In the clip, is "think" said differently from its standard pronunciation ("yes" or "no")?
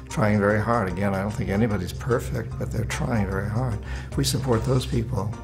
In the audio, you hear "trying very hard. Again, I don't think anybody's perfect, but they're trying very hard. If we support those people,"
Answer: no